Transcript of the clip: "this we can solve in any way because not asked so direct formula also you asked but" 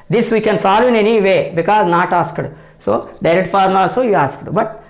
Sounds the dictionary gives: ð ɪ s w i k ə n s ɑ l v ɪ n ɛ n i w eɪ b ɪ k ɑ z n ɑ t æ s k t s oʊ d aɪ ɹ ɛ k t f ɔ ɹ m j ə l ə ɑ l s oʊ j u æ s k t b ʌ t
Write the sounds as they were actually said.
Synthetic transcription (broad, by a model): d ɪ s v i k ə n s ɑ l v ɪ n ɛ n i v eɪ b ɪ k ɑ z n ɑ t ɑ s k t s oʊ d aɪ ɹ ɛ k t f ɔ ɹ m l ɑ l s oʊ j u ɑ s k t b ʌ t